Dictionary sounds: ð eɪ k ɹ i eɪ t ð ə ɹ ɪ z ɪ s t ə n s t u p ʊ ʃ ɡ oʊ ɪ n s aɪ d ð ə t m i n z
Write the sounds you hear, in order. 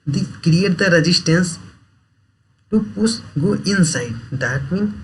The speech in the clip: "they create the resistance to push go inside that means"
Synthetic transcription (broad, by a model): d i k ɹ i eɪ t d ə ɹ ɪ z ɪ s t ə n s t u p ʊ s ɡ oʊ ɪ n s aɪ d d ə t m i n